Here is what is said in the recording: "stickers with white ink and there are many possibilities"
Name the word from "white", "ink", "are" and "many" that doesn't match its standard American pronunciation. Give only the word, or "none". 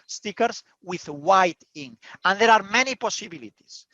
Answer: ink